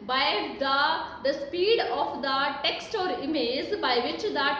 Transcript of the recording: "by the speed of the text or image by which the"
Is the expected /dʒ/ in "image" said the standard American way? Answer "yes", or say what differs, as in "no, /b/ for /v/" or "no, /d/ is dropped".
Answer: no, /z/ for /dʒ/